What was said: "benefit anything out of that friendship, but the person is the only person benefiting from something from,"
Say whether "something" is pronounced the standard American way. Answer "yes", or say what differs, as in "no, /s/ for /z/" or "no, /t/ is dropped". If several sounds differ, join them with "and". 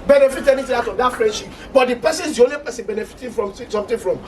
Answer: no, /t/ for /θ/